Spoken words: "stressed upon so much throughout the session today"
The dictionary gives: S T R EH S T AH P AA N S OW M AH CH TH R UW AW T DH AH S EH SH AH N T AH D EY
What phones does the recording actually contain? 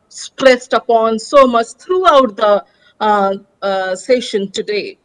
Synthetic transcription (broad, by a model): S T R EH S T AH P AA N S OW M AH CH T R UW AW T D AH S EH SH AH N T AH D EY